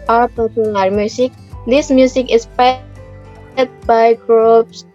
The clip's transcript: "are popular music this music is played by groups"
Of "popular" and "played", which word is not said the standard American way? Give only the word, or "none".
played